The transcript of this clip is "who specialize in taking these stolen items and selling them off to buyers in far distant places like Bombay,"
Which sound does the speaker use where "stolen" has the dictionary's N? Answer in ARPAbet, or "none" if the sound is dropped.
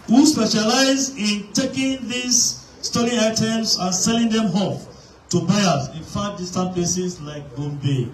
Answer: none